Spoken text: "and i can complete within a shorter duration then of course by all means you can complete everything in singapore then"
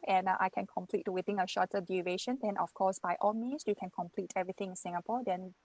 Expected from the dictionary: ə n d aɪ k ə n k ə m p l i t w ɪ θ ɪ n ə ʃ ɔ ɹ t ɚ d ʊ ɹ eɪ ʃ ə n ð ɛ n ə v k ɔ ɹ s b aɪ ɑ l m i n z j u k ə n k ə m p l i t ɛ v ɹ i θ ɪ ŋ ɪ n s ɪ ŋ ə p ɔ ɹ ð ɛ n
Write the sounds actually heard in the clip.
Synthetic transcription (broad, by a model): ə n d aɪ k ə n k ə m p l i t w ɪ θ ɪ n ə ʃ ɔ t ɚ d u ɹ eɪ ʃ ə n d ɛ n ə f k ɔ s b aɪ ɑ l m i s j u k ə n k ə m p l i t ɛ v ɹ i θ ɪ ŋ ɪ n s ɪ ŋ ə p ɔ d ɛ n